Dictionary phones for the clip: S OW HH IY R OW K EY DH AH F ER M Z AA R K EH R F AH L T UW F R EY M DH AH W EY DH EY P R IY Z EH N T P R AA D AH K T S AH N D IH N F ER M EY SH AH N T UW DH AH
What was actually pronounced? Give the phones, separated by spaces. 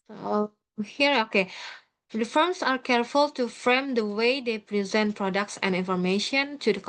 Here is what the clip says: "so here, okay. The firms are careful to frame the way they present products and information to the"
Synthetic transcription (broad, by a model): OW HH IY R OW K EY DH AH F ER M S AA R K EH R F AH L T UW F R EY M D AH W EY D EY P R IY Z EH N T P R AA D AH K T S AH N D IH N F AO M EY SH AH N T UW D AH